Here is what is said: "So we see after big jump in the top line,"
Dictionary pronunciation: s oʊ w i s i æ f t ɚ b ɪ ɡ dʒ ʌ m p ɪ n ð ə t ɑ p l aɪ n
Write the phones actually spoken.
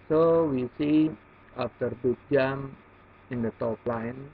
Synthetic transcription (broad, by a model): s oʊ w i s i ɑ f t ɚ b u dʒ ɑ m ɪ n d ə t ɑ p l aɪ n